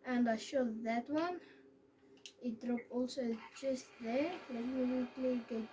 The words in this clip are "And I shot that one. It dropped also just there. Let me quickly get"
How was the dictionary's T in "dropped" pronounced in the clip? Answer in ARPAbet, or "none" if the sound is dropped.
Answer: none